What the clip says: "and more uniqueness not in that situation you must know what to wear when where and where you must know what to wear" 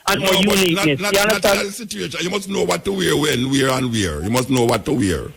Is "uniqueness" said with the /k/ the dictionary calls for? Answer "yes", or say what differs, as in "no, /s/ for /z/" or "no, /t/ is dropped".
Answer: no, /k/ is dropped